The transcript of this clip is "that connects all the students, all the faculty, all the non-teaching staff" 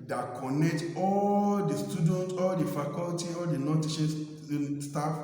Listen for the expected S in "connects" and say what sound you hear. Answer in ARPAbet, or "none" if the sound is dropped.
none